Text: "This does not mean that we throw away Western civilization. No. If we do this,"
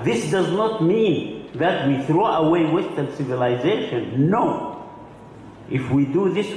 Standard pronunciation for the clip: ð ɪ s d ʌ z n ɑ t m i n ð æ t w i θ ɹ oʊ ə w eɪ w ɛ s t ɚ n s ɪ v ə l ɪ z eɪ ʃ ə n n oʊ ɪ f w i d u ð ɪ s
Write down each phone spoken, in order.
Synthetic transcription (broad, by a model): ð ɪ s d ʌ z n ɑ t m i n ð æ t w i θ ɹ oʊ ə w eɪ w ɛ s t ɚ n s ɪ v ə l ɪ z eɪ ʃ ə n n oʊ ɪ f w i d u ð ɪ s